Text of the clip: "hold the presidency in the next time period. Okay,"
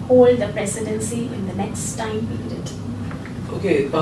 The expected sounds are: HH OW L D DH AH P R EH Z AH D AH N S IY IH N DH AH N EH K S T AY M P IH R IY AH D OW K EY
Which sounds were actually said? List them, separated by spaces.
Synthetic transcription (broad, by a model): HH OW L D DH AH P R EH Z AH D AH N S IY IH N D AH N EH K S T AY M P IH IY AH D OW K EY